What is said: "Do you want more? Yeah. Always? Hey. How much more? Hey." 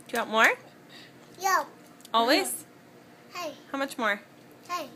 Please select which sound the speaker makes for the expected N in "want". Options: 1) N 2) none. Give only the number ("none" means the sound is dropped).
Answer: 2